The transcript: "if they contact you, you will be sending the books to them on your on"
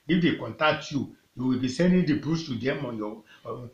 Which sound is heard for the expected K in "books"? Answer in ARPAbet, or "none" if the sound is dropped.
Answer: none